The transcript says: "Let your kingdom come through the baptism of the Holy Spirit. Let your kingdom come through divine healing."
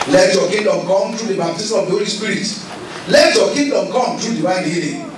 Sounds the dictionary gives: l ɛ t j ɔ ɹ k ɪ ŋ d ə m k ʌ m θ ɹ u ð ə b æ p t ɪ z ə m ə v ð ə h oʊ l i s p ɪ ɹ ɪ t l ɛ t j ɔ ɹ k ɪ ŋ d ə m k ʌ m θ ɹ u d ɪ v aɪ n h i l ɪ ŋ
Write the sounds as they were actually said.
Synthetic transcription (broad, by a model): l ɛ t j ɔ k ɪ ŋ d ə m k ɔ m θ ɹ u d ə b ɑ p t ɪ s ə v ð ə h oʊ l i s p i ɹ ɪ t l ɛ t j ɔ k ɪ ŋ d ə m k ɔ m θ ɹ u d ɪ w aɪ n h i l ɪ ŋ